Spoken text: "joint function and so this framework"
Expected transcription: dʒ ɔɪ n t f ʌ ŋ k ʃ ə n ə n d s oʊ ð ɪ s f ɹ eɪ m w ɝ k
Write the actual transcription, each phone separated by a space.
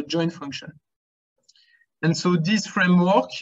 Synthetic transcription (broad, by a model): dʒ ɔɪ n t f ʌ ŋ k ʃ ə n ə n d s oʊ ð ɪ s f ɹ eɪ m w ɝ k